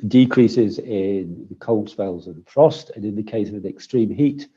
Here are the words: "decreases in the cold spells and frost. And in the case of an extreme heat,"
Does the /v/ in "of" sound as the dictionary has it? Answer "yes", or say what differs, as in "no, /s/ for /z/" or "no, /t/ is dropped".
yes